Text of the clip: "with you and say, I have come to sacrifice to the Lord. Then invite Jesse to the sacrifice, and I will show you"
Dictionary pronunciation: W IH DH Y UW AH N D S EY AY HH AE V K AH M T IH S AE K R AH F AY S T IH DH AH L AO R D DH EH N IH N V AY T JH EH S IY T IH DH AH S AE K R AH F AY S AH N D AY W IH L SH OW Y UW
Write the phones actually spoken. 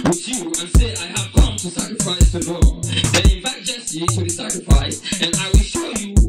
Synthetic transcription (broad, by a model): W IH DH Y UW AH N S EY AY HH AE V K AH M T IH S AE K R AH F AY S T IH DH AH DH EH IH IH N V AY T JH EH S IY T IH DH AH S AE K R AH F AY S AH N AY W IH L SH OW Y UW